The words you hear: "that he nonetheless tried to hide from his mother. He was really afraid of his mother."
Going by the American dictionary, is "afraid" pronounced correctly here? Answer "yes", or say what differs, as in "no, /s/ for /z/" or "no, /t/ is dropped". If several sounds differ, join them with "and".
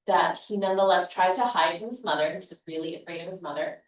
yes